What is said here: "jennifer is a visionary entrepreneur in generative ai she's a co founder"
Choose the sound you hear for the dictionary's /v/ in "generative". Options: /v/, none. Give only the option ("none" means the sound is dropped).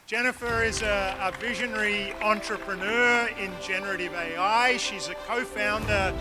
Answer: /v/